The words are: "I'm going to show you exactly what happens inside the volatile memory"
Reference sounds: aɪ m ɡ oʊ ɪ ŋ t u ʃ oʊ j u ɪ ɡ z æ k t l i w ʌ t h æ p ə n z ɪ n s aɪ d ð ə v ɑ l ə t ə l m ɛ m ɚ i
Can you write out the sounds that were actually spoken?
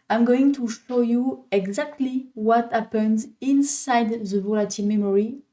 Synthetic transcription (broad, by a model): aɪ m ɡ oʊ ɪ ŋ t u ʃ oʊ j u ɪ ɡ z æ k t l i w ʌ t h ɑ p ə n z ɪ n s aɪ d ð ə v ɑ l ə t ə l m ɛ m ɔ i